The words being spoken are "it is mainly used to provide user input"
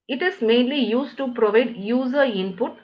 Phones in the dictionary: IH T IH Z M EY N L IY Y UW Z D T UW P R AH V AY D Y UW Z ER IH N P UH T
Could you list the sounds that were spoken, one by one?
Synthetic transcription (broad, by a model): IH T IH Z M EY N L IY Y UW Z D T UW P R AH V AY D Y UW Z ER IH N P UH T